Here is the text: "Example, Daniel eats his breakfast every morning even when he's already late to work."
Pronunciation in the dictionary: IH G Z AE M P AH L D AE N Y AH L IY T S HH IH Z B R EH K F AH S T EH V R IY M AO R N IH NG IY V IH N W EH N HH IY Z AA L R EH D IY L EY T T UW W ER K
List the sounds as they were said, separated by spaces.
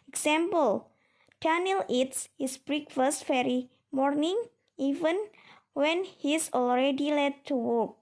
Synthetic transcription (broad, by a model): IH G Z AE M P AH L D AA N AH L IY T S HH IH S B R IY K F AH S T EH R IY M AO R N IH NG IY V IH N W EH N HH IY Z AA L R EH D IY L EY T T UW W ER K